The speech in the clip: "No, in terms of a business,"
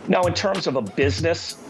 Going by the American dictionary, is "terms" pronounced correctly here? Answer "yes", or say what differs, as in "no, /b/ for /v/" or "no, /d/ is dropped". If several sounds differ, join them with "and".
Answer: yes